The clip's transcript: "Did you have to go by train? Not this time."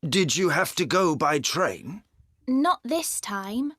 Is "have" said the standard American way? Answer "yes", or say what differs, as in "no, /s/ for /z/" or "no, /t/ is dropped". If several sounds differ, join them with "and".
no, /f/ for /v/